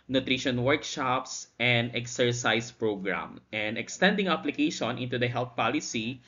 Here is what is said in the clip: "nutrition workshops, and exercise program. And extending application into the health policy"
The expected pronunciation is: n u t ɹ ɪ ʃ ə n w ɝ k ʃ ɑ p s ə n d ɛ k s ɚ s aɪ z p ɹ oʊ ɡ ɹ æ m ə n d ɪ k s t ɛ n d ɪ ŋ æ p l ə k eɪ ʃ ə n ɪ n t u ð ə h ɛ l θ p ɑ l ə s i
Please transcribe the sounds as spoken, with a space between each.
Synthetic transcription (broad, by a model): n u t ɹ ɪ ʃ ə n w ɝ k ʃ ɑ p s ə n d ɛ k s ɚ s aɪ s p ɹ oʊ ɡ ɹ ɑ m ə n d ɪ k s t ɛ n d ɪ ŋ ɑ p l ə k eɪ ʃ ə n ɪ n t u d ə h ɛ l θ p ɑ l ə s i